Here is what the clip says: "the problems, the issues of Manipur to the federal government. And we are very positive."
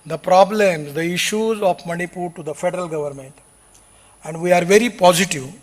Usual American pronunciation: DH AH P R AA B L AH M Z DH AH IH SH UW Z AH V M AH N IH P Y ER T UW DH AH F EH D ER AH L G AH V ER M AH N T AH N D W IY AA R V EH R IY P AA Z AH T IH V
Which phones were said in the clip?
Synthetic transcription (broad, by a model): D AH P R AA B L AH M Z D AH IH SH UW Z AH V M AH N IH P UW T UW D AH F EH D ER AH L G AH V ER M AH N T AH N D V IY AA R V EH R IY P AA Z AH T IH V